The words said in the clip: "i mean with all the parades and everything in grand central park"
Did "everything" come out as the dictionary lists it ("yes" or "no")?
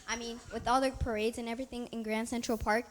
yes